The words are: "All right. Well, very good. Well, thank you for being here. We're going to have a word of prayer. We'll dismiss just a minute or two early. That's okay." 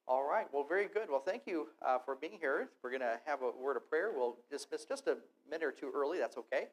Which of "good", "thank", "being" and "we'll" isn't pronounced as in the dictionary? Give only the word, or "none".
none